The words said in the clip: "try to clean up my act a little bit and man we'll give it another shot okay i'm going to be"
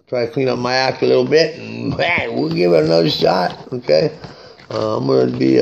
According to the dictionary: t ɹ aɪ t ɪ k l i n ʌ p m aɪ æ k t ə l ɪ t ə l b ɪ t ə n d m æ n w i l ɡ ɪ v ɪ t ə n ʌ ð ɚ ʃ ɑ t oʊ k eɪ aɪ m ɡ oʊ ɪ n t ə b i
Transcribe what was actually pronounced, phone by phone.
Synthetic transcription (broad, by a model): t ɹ aɪ t ɪ k l i n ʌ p m aɪ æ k ə l ɪ t l b ɪ t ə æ w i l ɡ ɪ v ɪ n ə ʊ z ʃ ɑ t oʊ k eɪ aɪ m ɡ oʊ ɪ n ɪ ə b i